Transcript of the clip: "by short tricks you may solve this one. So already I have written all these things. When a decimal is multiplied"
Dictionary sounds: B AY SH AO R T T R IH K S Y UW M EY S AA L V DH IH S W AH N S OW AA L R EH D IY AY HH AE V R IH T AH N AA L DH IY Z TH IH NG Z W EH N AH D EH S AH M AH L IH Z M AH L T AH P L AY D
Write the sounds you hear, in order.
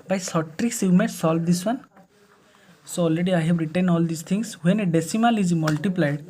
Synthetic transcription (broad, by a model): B AY S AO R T T R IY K S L M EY S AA L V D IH S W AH N S OW AA L R EH D IY AY HH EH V R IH T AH N AA L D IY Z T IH NG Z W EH N AH D EH S AH M AH L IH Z M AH L T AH P L AY D